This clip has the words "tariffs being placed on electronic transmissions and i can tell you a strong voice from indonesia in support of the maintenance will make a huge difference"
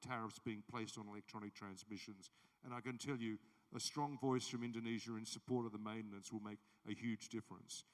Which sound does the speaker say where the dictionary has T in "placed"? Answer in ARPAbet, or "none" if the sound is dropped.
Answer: T